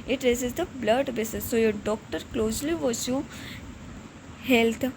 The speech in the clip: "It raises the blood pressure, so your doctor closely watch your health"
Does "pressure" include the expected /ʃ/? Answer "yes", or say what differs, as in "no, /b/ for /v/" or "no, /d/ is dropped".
no, /s/ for /ʃ/